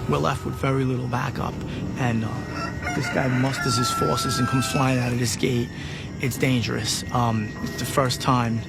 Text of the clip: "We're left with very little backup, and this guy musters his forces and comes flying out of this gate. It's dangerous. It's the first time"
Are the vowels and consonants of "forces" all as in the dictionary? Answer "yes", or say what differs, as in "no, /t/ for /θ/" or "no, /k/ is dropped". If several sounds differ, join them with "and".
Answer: yes